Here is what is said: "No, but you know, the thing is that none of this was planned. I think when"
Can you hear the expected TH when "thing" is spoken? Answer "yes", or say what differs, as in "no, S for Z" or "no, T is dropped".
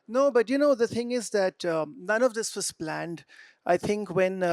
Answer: yes